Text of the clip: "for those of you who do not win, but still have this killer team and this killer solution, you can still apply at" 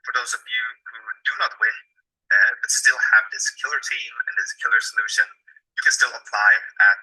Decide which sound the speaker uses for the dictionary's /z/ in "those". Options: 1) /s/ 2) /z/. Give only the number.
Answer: 2